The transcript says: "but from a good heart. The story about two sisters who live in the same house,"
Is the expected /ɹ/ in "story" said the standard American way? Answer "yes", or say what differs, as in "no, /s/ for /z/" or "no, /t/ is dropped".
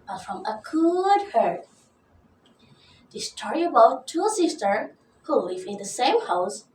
yes